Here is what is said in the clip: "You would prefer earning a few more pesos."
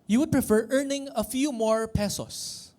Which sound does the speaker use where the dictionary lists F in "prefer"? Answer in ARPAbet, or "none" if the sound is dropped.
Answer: F